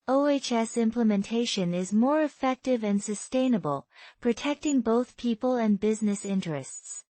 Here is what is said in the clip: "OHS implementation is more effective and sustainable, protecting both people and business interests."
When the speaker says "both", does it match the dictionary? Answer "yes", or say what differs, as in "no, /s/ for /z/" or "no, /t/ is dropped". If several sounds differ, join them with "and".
yes